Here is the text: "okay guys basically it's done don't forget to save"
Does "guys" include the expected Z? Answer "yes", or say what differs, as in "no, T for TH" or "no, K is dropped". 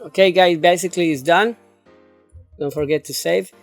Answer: no, Z is dropped